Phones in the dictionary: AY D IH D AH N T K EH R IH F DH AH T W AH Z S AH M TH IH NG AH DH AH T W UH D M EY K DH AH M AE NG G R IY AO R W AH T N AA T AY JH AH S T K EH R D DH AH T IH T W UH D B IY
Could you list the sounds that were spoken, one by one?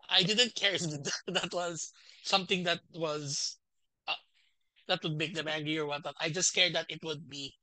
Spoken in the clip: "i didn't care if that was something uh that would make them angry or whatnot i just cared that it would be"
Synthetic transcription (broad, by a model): AY D IH D AH N T K EH R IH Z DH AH T W AH Z S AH M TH IH NG AH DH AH T W UH D M EY K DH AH M AE NG G R IY AO R W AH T AA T AY JH AH S T K EH R D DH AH T IH T W UH D B IY